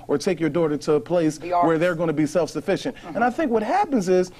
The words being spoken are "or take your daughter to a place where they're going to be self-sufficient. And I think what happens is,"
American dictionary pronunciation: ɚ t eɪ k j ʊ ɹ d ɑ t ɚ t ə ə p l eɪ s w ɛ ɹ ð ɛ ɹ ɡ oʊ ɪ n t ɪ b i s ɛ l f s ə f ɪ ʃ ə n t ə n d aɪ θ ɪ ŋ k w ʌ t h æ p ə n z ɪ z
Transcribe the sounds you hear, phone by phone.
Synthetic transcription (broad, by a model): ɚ t eɪ k j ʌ ɹ d ɑ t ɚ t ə ə p l eɪ s w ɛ ɹ ð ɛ ɹ ɡ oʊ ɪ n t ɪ b i s ɛ l f s ə f ɪ ʃ ə n t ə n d aɪ θ ɪ ŋ k w ʌ t h æ p ə n z ɪ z